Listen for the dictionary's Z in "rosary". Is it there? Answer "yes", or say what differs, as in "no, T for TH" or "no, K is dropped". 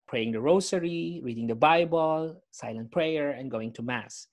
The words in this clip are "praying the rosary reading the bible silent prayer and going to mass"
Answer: no, S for Z